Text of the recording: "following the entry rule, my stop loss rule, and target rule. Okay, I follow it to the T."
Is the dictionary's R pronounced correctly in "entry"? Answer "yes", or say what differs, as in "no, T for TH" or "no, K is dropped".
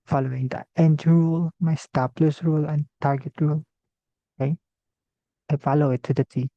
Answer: no, R is dropped